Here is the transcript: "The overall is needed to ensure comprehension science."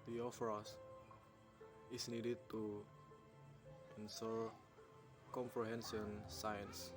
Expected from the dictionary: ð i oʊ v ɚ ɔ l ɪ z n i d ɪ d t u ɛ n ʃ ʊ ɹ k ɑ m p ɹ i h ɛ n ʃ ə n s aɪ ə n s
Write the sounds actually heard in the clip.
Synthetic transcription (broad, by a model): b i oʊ f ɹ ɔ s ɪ s n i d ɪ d t u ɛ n s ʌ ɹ k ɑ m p ɹ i h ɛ n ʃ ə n s aɪ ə n s